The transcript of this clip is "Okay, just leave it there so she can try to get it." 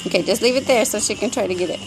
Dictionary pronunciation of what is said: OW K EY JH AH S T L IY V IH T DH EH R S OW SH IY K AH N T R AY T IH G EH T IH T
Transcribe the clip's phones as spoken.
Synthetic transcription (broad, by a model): OW K EY JH AH S T L IY V IH T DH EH R S OW SH IY K AH N T R AY T IH G EH T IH T